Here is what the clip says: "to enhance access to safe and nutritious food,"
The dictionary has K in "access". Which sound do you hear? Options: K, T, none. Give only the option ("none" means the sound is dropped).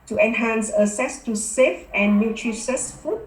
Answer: none